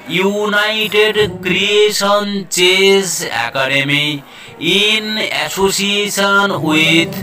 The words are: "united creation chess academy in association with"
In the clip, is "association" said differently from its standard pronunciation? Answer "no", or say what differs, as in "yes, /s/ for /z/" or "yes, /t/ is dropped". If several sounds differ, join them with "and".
yes, /s/ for /ʃ/